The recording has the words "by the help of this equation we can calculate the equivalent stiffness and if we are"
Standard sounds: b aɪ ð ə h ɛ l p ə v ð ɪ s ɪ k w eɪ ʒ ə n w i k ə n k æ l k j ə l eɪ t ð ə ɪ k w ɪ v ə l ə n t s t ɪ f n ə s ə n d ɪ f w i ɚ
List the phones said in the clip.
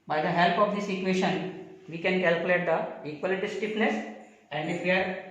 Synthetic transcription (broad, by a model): b aɪ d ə h ɛ l p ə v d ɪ s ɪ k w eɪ ʃ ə n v i k ə n k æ l k j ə l eɪ t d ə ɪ k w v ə l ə t s t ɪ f n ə s ə n d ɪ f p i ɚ